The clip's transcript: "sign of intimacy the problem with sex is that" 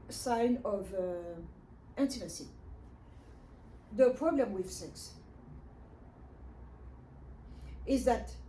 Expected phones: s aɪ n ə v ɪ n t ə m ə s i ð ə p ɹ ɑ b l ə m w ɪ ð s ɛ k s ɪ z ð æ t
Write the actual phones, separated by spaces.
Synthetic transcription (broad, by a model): s aɪ n ə v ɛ n t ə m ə s i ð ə p ɹ ɑ b l ə m w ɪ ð s ɛ k s ɪ z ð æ t